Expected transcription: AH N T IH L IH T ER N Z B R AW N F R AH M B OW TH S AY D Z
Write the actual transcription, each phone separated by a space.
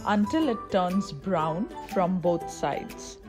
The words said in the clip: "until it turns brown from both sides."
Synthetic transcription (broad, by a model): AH N T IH L IH T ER N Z B R AW N F R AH M B OW T S AY D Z